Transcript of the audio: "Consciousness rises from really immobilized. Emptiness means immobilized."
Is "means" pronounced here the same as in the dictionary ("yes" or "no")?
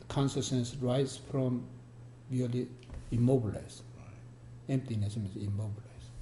no